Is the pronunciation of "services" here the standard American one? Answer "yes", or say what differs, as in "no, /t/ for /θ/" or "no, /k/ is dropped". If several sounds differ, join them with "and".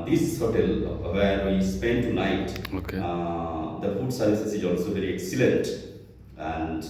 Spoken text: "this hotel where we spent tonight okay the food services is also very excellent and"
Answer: no, /s/ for /z/